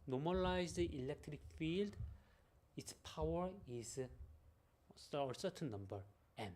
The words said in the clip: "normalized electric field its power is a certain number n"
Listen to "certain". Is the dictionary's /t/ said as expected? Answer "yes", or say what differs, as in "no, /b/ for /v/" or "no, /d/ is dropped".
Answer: no, /s/ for /t/